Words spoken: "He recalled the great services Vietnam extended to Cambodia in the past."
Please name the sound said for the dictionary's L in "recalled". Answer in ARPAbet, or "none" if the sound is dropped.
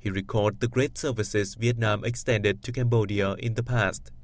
none